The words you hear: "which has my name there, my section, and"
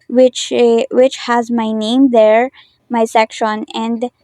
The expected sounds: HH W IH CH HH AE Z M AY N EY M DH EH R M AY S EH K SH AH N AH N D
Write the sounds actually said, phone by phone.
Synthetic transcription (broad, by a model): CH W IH CH HH AE Z M AY N EY M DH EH R M AY S EH K SH AH N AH N D